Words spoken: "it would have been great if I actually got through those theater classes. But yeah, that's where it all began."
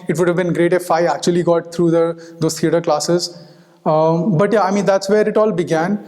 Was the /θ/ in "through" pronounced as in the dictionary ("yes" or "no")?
no